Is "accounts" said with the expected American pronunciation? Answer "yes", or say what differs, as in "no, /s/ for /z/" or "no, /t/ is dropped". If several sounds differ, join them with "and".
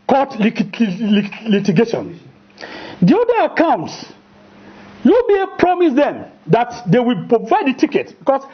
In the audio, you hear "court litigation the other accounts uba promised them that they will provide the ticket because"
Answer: yes